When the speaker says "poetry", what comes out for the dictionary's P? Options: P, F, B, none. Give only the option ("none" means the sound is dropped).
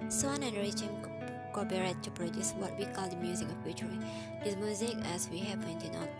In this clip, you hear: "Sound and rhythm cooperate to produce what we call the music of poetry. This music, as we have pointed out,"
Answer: B